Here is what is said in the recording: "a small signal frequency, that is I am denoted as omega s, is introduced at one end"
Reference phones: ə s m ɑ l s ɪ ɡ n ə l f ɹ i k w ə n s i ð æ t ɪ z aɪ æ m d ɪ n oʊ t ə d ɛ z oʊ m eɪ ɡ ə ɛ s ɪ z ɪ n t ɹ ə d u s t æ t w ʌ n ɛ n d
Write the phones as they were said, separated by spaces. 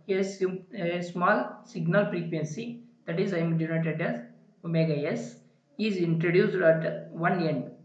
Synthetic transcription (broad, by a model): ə s m ɑ l s ɪ ɡ n ə l p ɹ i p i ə n s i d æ t ɪ z aɪ m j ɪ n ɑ t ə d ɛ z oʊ m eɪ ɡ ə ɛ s ɪ z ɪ n t ɹ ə d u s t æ t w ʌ n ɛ n d